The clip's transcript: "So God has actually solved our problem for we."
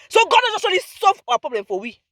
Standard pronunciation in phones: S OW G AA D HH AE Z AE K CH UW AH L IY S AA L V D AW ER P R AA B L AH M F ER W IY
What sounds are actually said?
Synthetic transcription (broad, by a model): S OW G AA D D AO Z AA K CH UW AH L IY S AA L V AW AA P R AA B L AH M F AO W IY